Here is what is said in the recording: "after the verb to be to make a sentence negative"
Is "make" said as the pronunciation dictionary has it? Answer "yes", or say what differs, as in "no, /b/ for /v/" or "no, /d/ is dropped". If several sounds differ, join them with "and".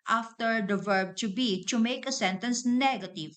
yes